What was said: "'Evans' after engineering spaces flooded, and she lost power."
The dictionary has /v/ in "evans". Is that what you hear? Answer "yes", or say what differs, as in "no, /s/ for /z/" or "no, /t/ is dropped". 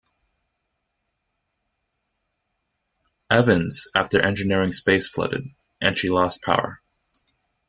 yes